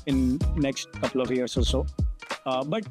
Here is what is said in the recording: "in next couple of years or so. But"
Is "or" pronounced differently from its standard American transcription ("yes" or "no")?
yes